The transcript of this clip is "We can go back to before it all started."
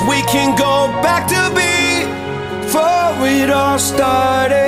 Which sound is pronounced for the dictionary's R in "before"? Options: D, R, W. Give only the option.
W